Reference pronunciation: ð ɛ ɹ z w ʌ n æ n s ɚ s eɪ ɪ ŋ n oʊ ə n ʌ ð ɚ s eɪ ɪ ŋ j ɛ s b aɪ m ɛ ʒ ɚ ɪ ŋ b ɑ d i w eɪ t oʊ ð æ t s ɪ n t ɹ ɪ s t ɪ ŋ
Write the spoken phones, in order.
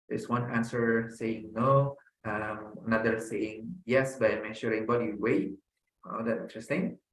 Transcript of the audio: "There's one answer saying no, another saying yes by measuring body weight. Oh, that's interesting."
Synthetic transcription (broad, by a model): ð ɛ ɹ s w ʌ n æ n s ɚ s eɪ ɪ ŋ n oʊ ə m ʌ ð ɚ s eɪ ɪ ŋ j ɛ s b aɪ m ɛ ʃ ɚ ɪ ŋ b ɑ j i w eɪ t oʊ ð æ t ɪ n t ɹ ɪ s t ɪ ŋ